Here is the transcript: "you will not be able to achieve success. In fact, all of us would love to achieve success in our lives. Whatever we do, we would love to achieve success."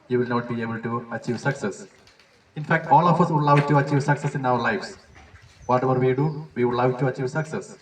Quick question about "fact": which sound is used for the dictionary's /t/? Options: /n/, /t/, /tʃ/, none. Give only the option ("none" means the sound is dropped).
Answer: /t/